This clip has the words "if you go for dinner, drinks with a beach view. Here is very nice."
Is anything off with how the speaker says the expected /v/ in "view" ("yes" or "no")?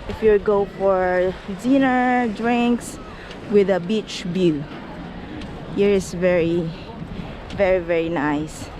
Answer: yes